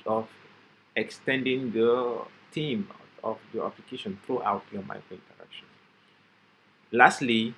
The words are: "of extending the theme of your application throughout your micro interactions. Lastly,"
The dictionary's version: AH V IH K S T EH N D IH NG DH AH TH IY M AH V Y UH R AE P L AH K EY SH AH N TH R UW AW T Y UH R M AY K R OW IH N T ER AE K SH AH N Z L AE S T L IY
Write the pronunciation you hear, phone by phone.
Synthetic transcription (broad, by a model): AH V IH K S T EH N D IH NG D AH T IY M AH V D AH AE P L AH K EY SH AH N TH R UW AW T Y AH M AY K R OW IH N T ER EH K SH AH N L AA S T L IY